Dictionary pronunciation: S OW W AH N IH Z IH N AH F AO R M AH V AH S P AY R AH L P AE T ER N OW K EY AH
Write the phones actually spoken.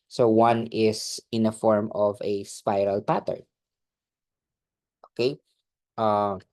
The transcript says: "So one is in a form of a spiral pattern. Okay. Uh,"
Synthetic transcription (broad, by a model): S OW W AH N IH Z IH N AH F AO R M AH V AH S P AY R AH L P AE T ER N OW K EY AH